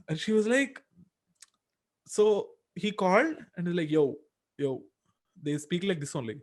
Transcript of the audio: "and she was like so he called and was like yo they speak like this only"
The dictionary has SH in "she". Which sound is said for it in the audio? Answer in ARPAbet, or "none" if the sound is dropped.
SH